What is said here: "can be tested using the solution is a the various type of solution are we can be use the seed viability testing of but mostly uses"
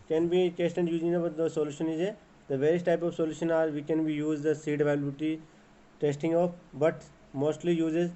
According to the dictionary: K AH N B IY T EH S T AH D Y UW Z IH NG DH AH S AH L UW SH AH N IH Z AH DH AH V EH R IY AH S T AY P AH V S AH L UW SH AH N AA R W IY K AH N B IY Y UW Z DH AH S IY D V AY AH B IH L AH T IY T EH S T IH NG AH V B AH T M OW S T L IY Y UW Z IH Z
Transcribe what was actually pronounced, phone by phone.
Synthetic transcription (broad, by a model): K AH N B IY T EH S T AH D Y UW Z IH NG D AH S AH L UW SH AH N IH Z AH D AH V EH R IY AH S T AY P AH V S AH L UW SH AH N AA R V IY K AH N B IY Y UW Z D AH S IY D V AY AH IH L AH T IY T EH S T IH NG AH F B AH T M OW S T L IY Y UW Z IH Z